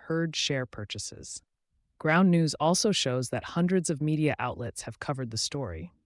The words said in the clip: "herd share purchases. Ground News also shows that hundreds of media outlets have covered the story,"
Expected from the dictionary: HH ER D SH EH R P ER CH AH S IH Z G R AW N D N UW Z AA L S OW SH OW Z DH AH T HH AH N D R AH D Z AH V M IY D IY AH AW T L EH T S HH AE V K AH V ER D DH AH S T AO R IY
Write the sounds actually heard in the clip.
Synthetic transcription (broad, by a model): HH ER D SH EH R P ER CH AH S IH Z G R AW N N UW Z AA L S OW SH OW Z DH AH T HH AH N D R AH D Z AH V M IY D IY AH AW T L EH T S HH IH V K AH V ER D DH AH S T AO R IY